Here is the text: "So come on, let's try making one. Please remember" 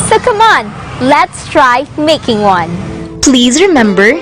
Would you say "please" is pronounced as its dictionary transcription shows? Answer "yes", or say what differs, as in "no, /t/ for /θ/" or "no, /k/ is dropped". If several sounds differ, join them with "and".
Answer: yes